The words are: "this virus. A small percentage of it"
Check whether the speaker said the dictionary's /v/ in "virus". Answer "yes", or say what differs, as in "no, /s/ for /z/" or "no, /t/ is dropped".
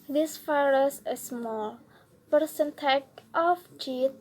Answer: no, /f/ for /v/